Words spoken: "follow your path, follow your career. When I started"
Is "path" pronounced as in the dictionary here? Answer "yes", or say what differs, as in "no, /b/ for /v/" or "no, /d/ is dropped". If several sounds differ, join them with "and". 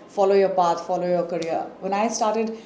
no, /t/ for /θ/